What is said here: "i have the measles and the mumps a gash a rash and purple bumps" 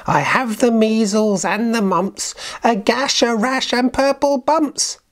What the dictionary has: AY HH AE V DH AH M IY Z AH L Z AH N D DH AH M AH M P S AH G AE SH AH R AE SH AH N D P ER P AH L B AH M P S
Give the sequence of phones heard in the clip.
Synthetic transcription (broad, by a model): AY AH V DH AH M IY Z AH L Z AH N DH AH M AH M P S AH G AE SH AH R AE SH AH N P ER P AH L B AH M P S